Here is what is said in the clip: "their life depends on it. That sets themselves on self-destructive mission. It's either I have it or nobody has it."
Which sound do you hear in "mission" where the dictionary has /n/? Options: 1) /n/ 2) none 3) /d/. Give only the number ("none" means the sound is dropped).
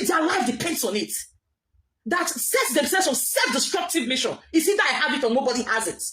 1